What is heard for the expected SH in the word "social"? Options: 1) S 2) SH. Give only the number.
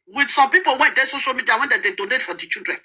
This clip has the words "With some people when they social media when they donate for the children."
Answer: 2